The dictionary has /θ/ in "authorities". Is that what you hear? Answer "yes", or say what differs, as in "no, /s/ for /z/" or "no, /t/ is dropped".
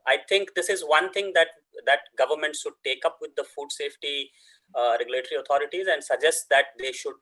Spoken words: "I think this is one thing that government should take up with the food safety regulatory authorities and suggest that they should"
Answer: no, /t/ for /θ/